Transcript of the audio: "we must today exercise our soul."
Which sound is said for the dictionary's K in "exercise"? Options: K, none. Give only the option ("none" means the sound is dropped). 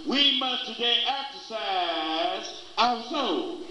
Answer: K